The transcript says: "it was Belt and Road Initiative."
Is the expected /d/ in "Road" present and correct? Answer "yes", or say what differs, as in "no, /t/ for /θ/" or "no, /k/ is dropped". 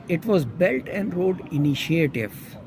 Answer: yes